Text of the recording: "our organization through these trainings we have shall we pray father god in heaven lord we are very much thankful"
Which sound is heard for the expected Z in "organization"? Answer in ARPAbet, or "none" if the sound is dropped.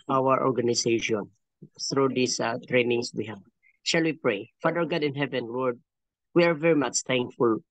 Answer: S